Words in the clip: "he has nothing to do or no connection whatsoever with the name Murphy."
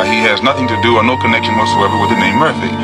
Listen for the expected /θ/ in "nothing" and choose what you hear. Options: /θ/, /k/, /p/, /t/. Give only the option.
/θ/